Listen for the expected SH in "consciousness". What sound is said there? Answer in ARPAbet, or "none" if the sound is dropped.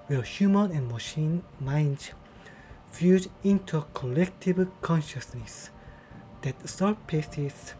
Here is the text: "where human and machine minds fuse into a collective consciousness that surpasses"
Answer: SH